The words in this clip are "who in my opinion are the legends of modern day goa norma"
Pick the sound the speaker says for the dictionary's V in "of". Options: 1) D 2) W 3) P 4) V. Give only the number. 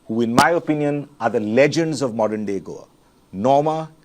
4